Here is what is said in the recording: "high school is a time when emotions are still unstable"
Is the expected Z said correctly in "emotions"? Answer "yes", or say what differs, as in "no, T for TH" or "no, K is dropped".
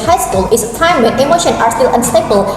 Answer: no, Z is dropped